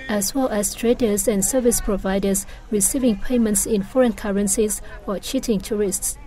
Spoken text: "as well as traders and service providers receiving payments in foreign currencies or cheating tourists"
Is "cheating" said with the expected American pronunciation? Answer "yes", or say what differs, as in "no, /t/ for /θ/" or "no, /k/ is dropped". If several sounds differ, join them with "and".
yes